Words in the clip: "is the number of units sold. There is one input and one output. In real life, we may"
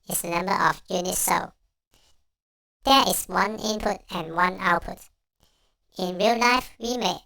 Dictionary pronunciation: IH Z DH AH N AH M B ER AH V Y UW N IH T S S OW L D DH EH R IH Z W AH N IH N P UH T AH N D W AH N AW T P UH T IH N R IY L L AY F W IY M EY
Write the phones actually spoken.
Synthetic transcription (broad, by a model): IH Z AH N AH M B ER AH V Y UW N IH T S S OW D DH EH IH S W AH N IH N P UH T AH N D W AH N AW T P UH T IH N R IY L L AY F W IY M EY